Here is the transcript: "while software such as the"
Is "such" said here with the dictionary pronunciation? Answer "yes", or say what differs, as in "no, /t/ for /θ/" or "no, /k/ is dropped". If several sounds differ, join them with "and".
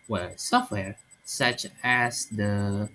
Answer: yes